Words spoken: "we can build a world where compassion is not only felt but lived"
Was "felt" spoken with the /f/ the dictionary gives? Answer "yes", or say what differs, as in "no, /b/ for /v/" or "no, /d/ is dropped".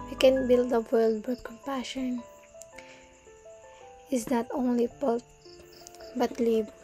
no, /p/ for /f/